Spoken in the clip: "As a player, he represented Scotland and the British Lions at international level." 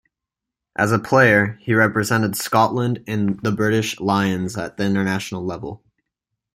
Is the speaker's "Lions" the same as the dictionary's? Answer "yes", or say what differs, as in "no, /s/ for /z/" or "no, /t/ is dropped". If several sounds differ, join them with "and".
yes